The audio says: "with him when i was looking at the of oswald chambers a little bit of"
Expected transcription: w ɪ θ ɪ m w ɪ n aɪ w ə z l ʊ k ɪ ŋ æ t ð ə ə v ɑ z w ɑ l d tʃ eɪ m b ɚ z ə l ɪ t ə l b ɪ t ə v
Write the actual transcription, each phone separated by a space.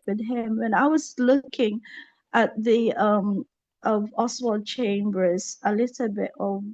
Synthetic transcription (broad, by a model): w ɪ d ɪ m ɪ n aɪ w ə z l ʊ k ɪ ŋ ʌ t ð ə ə v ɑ s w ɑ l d tʃ eɪ m b ɚ z ə l ɪ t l b ɪ t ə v